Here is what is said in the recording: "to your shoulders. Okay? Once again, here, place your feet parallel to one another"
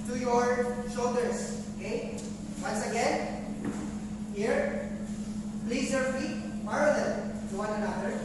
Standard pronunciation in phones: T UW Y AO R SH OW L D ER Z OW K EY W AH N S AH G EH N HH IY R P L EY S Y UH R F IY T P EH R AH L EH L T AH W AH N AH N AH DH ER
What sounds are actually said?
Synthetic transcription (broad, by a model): T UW Y AO R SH OW L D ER S OW K EY W AH N S AH G EH N HH IY R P L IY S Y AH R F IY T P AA R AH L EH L T AH W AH N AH N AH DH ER